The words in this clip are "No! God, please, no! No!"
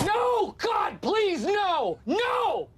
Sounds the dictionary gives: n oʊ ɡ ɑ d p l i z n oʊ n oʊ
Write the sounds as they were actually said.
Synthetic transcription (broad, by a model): n oʊ ɡ ɑ d p l i z n oʊ n oʊ